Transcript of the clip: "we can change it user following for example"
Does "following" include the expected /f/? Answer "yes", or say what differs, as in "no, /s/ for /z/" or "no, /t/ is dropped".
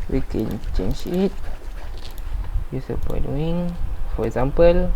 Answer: no, /p/ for /f/